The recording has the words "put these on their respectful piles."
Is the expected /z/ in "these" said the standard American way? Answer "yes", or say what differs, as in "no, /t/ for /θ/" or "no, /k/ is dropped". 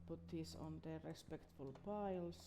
no, /s/ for /z/